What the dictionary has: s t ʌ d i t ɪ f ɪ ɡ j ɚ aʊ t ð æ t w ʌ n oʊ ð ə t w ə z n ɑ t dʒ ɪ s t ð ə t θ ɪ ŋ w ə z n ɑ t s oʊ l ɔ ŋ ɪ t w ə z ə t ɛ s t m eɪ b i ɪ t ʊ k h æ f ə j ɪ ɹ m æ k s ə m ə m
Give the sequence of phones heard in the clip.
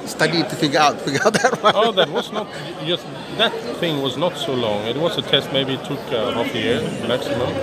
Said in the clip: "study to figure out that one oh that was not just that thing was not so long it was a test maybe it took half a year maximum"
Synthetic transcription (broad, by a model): s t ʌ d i t ɪ f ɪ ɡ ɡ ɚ aʊ t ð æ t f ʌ oʊ ð ə t w ə z n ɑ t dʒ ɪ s ð ə t θ ɪ ŋ w ə z n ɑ t s oʊ l ɔ ŋ ɪ t w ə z ə t ɛ s t m eɪ b i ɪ t ʊ k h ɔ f ə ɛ ɹ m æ k s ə m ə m